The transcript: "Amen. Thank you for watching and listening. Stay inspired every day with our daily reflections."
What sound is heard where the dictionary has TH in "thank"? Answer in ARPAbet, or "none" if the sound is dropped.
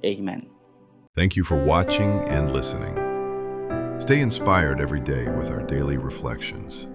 TH